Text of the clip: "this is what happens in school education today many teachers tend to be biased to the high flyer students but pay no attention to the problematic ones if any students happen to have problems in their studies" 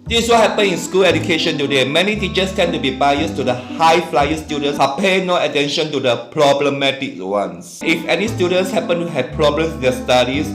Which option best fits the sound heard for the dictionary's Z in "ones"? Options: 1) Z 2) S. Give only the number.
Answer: 2